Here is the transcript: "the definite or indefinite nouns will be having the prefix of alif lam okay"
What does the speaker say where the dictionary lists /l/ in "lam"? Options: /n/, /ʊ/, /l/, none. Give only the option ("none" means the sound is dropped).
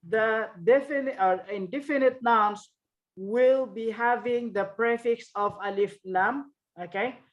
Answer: /n/